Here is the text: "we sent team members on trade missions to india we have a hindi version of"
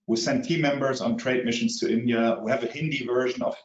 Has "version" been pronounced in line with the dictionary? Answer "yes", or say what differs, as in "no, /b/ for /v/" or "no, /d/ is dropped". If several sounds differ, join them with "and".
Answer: yes